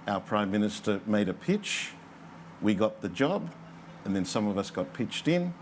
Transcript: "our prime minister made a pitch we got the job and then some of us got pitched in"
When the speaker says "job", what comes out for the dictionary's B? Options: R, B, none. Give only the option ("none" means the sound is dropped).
B